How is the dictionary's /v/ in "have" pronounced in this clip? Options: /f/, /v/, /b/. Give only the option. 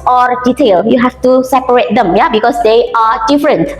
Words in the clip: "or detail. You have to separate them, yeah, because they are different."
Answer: /f/